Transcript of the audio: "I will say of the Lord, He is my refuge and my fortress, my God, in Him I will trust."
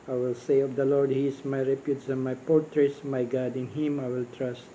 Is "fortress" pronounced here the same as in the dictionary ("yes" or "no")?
no